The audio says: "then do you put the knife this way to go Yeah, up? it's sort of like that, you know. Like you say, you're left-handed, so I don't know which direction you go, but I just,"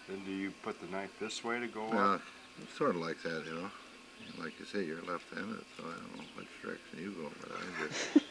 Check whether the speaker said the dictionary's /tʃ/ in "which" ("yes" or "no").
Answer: no